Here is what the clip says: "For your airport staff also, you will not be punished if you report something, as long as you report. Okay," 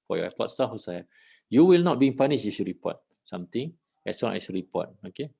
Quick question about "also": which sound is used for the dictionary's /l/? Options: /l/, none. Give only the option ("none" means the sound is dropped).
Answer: none